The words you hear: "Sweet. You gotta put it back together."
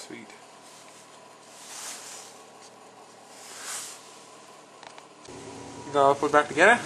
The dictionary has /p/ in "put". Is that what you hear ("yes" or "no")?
no